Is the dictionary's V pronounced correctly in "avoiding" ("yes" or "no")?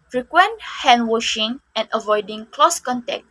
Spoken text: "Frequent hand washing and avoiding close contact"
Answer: yes